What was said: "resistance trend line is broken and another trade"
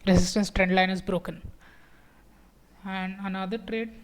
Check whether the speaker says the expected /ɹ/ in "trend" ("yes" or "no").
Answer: yes